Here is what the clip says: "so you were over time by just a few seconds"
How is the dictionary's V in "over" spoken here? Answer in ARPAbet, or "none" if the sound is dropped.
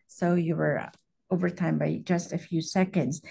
V